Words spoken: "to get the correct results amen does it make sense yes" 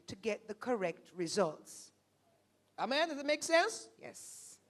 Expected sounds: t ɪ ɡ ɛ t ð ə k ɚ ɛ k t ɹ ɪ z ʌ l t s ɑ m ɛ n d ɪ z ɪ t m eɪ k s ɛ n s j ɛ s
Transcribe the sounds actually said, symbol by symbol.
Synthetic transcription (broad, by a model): t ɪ ɡ ɛ t ð ə k ɚ ɛ k t ɹ ɪ z ʌ l t s ɑ m ɛ n d ɪ z ɪ t m eɪ k s ɛ n s j ɛ s